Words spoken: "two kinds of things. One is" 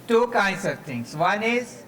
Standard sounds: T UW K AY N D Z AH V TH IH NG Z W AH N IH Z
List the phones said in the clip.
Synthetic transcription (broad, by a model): T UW K AY N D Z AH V T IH NG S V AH N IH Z